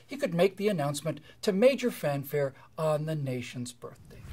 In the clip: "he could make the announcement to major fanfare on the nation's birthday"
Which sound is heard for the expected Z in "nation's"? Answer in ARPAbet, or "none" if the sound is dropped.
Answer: Z